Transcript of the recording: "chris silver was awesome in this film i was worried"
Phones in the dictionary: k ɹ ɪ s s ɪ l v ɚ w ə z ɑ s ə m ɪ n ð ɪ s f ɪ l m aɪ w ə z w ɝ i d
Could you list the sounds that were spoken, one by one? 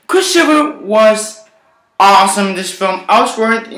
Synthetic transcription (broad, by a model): k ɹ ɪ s ʃ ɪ v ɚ w ə z ɑ s ə m ɪ n ð ɪ s f ɪ l m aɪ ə s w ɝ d